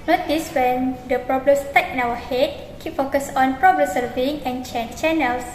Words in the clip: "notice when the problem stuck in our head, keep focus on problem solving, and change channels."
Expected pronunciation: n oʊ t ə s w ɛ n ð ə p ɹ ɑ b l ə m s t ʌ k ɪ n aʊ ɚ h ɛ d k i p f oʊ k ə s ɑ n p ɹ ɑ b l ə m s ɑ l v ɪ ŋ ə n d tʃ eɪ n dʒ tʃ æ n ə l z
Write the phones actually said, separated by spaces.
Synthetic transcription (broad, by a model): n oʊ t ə s w ɛ n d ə p ɹ ɑ b l ə m s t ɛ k ɪ n aʊ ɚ h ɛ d k i p f oʊ k ə s ɑ n p ɹ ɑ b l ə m s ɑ v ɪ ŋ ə n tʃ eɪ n tʃ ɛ n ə l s